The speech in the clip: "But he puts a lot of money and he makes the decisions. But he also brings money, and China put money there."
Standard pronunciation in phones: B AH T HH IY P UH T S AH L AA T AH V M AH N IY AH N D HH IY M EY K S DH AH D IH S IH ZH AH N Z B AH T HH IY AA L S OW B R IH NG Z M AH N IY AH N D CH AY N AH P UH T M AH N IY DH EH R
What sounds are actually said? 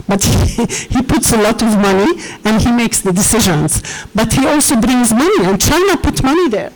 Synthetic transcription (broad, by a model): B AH T HH IY P UH T S AH L AA T AH V M AH N IY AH N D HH IY M EY K S DH AH D IH S IH ZH AH N Z B AH T HH IY AA L S OW B R IH NG Z M AH N IY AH N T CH AY N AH P UH T M AH N IY DH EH R